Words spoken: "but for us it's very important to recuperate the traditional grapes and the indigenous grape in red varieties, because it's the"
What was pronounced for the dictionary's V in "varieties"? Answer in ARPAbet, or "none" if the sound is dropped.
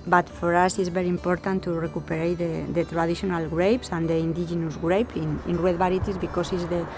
B